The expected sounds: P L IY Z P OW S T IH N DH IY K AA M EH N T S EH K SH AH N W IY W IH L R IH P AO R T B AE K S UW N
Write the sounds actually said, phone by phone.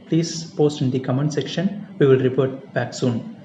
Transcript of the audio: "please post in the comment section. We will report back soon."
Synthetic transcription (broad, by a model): P L IY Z P OW S T IH N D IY K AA M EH N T S EH K SH AH N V IY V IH L R IH P AO R T B AE K S UW N